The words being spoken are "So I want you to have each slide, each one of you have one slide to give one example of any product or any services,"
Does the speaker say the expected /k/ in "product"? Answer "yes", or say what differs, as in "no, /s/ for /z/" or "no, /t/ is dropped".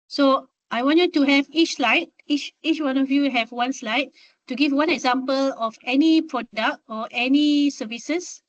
yes